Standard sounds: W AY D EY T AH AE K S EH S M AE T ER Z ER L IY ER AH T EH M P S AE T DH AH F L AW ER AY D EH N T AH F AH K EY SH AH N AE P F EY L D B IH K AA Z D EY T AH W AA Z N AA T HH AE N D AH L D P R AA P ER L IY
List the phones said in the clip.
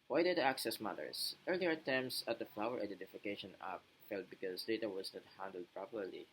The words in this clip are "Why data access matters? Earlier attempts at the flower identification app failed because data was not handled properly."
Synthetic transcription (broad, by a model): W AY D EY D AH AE K S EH S M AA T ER S ER L IY ER T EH M S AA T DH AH F L AW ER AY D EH N T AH F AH K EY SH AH N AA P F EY L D B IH K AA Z D EY T AH W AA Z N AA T HH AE N D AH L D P R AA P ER L IY